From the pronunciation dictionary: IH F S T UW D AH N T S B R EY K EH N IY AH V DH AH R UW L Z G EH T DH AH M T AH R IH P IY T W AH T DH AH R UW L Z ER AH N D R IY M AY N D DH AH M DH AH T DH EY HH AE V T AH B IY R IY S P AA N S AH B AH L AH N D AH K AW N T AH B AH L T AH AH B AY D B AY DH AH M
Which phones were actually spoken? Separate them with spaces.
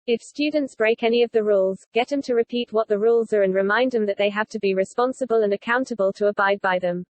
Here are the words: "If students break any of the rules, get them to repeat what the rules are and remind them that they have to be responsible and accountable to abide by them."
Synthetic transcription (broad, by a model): IH F S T UW D N T S B R EY K EH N IY AH V DH AH R UW L Z G EH T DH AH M T AH R IH P IY T W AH T DH AH R UW L Z ER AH N R IY M AY N D DH AH M DH AH T DH EY HH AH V T AH B IY R IY S P AA N S AH B AH L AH N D AH K AW N T AH B AH L T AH AH B AY D B AY DH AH M